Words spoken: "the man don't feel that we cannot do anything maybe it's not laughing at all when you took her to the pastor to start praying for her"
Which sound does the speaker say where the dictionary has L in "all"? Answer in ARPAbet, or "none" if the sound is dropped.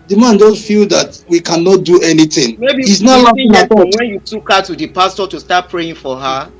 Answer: W